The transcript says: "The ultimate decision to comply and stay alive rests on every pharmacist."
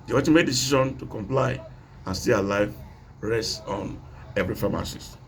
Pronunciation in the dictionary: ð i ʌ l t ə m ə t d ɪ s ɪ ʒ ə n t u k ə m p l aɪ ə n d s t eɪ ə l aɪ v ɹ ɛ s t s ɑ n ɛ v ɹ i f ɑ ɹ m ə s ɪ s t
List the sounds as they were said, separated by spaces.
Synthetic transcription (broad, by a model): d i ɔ t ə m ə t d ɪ s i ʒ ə n t u k ə m p l aɪ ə n s t eɪ ə l aɪ v ɹ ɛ s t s ɑ n ɛ v ɹ i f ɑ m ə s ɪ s